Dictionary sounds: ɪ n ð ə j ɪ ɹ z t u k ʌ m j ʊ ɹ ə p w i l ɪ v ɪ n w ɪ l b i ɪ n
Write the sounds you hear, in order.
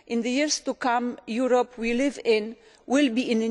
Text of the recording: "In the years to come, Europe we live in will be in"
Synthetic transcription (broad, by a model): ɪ n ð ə j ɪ ɹ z t u k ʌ m j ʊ ɹ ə p w i l ɪ v ɪ n w ɪ l b i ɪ n